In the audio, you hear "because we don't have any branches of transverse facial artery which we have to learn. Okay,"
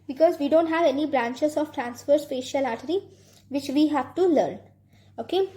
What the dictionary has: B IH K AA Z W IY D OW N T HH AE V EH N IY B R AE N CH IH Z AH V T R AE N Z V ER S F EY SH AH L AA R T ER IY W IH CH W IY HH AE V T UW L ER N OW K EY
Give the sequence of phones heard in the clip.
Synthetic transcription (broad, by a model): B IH K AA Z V IY D OW N T HH AE V EH N IY B R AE N CH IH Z AH V T R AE N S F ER S P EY SH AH L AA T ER IY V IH CH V IY HH AE V T UW L ER N OW K EY